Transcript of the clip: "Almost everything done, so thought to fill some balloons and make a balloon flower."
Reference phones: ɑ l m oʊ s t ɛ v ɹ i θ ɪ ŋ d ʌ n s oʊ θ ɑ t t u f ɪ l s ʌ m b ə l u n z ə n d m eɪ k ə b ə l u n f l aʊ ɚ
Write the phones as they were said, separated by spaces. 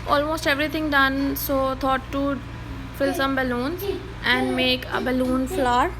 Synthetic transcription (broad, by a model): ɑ l m oʊ s t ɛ v ɹ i t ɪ ŋ d ʌ n s oʊ t ɑ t t u f ɪ l s ʌ m b ə l u n z ə n d m eɪ k ə b ə l u n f l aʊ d